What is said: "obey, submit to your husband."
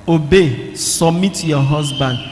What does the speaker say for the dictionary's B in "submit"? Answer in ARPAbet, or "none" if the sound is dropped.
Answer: none